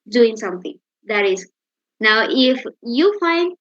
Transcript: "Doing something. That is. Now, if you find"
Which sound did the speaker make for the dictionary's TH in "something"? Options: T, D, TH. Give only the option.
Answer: T